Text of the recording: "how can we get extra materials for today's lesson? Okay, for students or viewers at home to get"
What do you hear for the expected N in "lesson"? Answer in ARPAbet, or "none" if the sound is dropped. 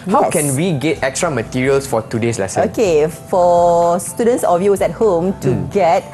none